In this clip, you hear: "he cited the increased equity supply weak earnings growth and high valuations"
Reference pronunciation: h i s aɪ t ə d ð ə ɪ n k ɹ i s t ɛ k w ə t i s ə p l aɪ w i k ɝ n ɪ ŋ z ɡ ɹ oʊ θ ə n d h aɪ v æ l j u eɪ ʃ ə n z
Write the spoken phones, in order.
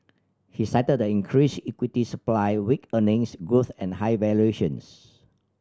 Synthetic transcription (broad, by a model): h i s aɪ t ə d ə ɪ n k ɹ i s i k w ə t i s ə p l aɪ w i k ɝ n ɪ ŋ s ɡ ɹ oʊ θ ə n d h aɪ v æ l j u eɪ ʃ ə n s